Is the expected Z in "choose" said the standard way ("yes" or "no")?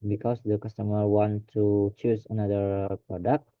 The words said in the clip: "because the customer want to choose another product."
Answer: no